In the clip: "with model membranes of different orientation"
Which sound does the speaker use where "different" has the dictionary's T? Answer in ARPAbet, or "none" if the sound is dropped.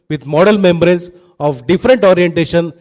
T